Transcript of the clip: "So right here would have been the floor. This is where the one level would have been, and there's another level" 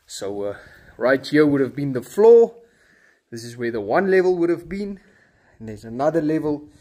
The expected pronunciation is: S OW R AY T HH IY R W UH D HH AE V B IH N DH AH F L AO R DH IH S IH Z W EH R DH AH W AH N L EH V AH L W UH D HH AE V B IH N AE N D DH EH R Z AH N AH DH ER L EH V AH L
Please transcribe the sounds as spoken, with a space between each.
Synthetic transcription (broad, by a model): S OW R AY T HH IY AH W UH D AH V B IH N DH AH F L AO DH IH S IH Z W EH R DH AH W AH N L EH V AH L W UH D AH V B IH N N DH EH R Z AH N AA DH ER L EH V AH L